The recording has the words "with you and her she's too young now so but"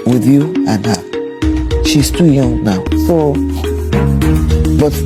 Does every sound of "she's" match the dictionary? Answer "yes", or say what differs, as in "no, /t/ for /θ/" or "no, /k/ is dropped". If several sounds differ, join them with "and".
no, /s/ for /z/